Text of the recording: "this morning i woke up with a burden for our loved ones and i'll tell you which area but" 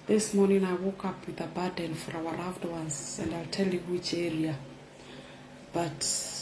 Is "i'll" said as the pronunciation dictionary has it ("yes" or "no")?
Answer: yes